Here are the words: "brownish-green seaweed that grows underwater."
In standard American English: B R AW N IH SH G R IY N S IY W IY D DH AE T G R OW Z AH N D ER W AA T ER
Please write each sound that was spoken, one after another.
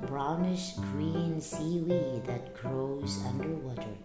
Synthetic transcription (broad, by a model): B R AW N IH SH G R IY N S IY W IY DH AE T G R OW Z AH N D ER W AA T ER